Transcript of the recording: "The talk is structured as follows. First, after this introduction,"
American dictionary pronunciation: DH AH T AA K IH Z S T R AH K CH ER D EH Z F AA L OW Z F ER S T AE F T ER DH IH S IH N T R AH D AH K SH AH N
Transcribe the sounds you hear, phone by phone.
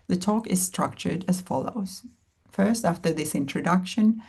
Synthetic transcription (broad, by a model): DH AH T AA K IH Z S T R AH K CH ER D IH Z F AA L OW Z F ER S T AE F T ER DH IH S IH N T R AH D AH K SH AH N